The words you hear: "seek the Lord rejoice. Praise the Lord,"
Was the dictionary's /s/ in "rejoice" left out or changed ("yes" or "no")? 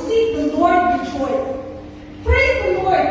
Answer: yes